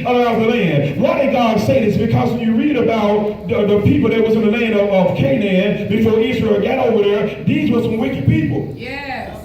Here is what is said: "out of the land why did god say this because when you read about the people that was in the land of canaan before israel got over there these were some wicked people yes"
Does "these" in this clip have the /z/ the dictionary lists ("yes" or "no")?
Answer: yes